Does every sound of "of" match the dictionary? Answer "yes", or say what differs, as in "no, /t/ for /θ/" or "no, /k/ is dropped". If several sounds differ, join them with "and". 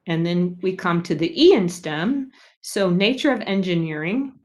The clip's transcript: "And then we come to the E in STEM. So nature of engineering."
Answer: yes